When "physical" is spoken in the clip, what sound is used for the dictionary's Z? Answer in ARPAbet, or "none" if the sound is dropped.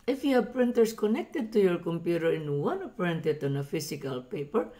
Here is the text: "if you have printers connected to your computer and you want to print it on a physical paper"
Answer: S